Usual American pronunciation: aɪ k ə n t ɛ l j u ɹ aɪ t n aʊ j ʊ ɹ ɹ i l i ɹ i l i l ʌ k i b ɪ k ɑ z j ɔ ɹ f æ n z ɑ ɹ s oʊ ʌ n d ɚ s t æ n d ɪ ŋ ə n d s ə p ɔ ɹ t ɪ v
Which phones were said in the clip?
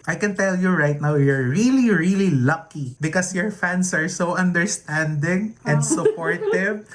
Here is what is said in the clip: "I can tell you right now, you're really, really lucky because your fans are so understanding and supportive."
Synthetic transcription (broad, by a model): aɪ k ə n t ɛ l j u ɹ aɪ t n aʊ j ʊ ɹ ɹ i l i ɹ i l i l ʌ k i b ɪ k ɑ s j ɔ ɹ f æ n s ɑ ɹ s oʊ ʌ n d ɚ s t æ n d ɪ ŋ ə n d s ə p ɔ ɹ t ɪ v